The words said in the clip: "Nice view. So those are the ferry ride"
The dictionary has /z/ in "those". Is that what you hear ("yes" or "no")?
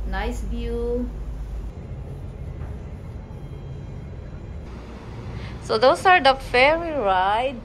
no